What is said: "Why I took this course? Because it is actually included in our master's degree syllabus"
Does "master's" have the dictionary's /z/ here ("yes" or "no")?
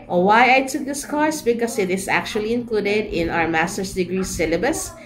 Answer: no